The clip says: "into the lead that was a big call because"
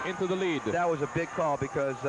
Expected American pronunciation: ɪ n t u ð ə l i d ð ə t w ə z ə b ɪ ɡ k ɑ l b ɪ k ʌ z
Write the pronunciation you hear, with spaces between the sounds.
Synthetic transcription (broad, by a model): ɪ n t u ð ə l i d ð ə t w ə z ə b ɪ ɡ k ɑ b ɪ k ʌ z